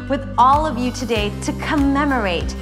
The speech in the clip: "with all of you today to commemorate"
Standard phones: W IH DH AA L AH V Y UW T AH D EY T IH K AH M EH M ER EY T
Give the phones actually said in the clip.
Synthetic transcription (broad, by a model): W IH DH AA L AH V Y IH T AH D EY T IH K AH M EH M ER EY T